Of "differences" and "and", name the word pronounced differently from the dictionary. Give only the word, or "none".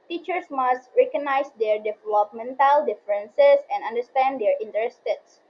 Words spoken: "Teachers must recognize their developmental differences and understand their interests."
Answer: differences